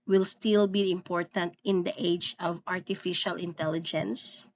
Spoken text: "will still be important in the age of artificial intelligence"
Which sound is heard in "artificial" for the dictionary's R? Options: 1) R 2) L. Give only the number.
1